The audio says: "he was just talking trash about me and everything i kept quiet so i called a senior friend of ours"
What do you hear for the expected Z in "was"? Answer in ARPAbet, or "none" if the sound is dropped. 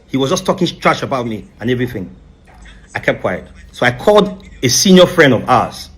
Z